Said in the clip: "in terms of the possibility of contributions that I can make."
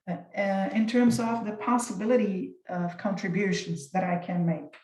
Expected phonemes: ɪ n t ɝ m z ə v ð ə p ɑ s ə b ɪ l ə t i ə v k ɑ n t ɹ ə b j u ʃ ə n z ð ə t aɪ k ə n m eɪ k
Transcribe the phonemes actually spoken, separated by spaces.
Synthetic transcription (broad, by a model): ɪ n t ɝ m z ə v ð ə p ɑ s ə b ɪ l ə t i ə v k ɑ n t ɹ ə b j u ʃ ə n z ð ə t aɪ k ə n m eɪ k